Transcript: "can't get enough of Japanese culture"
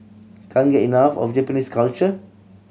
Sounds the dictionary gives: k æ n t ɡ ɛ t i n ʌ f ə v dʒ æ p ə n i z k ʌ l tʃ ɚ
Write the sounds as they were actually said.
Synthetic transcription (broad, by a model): k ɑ n ɡ ɛ t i n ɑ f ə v dʒ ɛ p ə n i s k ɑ l tʃ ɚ